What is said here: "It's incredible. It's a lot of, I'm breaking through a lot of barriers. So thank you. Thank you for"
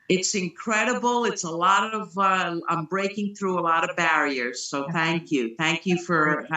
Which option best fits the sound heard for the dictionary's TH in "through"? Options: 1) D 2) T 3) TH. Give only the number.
3